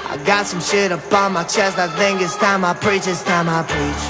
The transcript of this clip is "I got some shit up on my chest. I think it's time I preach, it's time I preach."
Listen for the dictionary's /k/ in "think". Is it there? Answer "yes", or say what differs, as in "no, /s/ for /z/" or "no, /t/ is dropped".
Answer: no, /k/ is dropped